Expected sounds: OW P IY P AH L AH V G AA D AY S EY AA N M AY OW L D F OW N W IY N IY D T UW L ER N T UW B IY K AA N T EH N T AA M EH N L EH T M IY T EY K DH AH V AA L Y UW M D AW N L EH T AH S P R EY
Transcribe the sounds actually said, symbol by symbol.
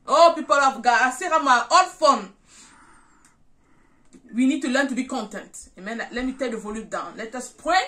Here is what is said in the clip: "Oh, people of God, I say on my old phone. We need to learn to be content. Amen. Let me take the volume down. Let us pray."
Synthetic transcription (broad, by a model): OW P IY P AH L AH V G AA AY S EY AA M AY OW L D F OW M W IY N IY D T UW L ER N T UW B IY K AA N T EH N T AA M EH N L EH T M IY T EY K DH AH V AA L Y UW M D AW N L EH T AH S P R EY